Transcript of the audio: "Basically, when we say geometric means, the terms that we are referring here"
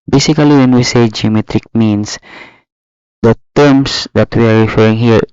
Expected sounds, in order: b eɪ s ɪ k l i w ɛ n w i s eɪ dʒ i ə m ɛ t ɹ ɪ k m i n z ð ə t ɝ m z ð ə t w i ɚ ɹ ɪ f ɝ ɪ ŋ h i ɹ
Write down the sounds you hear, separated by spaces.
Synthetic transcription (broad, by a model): b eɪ s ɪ k l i w ɛ n w i s eɪ dʒ i ə m ɛ t ɹ ɪ k m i n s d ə t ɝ m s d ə t w i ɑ ɹ ɪ f ɝ ɪ ŋ h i ɹ